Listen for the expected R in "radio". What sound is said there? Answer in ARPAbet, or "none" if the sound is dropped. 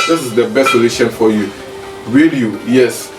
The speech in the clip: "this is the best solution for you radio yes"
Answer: W